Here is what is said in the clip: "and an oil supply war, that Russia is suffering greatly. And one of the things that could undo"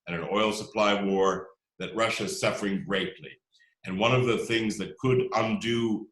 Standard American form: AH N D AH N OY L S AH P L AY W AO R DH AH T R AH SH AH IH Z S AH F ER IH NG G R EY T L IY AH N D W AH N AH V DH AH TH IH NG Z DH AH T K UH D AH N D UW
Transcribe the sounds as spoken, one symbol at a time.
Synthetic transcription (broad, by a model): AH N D AH N OY L S AH P L AY W AO R DH AH T R AH SH IH Z S AH F ER IH NG G R EY T L IY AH N W AH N AH V DH AH TH IH NG Z DH AH T K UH D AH N D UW